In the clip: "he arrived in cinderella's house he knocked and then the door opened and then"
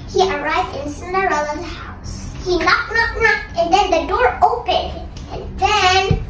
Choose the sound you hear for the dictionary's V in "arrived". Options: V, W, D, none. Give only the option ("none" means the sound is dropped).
V